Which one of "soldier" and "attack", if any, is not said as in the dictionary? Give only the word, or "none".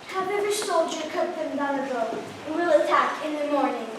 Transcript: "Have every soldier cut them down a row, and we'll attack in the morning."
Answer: none